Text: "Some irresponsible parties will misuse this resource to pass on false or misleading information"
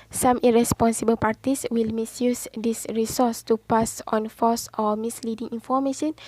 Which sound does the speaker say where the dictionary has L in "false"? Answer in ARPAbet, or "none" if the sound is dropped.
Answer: none